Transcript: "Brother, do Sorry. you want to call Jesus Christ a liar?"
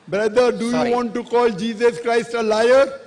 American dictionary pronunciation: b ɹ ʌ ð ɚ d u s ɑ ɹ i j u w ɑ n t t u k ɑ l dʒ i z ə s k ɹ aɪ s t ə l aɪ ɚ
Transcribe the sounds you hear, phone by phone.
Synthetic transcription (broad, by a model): b ɹ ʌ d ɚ d u j u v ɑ n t t u k ɑ l dʒ i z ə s k ɹ aɪ s t ə l aɪ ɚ